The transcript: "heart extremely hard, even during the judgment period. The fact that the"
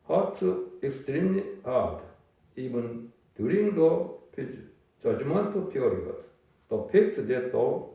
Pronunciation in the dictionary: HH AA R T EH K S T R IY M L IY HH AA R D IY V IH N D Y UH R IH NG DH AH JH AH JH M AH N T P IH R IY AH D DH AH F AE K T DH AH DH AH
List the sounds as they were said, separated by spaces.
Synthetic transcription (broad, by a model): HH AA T EH K S T R IY M L IY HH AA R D IY V IH N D Y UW R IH NG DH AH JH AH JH M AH N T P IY R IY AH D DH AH P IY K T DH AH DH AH